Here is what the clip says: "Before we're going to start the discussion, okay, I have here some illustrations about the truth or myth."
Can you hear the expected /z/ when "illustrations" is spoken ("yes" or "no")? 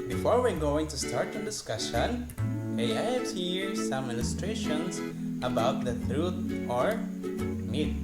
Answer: no